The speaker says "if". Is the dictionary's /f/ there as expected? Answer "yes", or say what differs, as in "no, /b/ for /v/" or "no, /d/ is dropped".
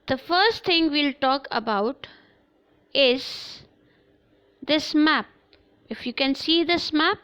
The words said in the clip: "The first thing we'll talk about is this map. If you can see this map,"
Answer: yes